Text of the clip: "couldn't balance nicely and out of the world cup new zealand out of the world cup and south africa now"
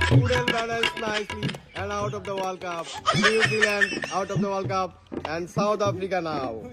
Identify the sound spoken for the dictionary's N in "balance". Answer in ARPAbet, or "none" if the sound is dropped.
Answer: L